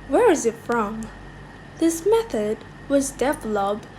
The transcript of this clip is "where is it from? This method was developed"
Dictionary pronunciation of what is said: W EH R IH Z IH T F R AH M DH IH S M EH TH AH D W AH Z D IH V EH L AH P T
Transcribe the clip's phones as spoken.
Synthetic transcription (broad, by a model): W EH R IH Z IH T F R AH M DH IH S M EH TH AH D W AH Z D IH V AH L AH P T